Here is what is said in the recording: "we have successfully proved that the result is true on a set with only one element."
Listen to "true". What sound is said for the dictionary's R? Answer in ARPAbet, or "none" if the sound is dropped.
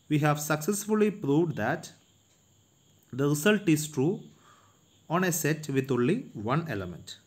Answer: R